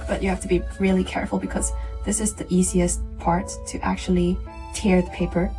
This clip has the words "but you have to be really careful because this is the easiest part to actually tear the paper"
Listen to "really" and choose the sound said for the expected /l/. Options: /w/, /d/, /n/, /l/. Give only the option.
/l/